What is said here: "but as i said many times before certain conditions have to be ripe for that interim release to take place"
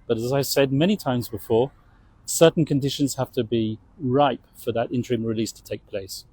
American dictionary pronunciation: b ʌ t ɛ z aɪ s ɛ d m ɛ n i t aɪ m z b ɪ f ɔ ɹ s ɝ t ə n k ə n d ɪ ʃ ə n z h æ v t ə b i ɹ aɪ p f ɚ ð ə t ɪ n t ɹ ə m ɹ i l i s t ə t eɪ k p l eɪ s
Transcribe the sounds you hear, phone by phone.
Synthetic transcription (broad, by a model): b ʌ t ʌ z aɪ s ɛ d m ɛ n i t aɪ m z b ɪ f ɔ ɹ s ɝ t n k ə n d ɪ ʃ ə n z h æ f t ə b i ɹ aɪ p f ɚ ð ə t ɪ n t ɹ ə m ɹ i l i s t ə t eɪ k p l eɪ s